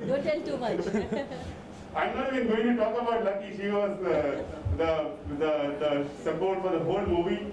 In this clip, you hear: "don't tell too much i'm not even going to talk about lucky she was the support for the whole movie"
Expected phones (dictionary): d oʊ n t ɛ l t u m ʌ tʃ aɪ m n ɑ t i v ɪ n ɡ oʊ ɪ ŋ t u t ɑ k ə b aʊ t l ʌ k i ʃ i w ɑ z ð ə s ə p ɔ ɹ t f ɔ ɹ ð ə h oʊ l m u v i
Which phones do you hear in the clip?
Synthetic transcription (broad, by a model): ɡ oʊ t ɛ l t u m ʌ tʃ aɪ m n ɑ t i b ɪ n ɡ oʊ ɪ ŋ t u t ɑ k ə b aʊ t l ʌ k i ʃ i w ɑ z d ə s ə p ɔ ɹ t f ɔ ɹ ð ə h oʊ l m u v i